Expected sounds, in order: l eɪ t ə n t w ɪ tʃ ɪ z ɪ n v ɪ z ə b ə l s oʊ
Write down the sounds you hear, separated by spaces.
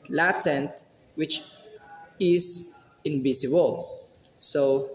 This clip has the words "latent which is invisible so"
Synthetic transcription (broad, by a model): l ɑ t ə n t w ɪ tʃ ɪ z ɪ n b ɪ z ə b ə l s oʊ